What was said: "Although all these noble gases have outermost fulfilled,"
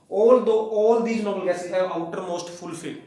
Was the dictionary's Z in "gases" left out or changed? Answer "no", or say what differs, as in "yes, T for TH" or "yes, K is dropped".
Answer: yes, Z is dropped